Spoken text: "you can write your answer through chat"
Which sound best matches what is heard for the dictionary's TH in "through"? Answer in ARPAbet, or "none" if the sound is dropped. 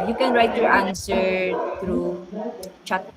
T